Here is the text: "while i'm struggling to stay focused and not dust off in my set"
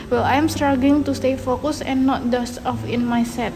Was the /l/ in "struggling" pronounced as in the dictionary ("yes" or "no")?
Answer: no